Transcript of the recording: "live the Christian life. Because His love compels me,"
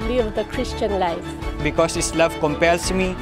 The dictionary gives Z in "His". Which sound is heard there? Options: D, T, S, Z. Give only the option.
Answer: S